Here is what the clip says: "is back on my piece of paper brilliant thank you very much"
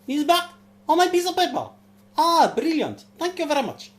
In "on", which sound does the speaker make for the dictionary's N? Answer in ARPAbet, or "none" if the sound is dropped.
L